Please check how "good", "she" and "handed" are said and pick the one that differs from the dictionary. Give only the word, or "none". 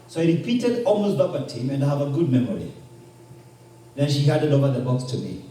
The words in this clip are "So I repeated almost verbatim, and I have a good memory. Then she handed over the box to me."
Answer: handed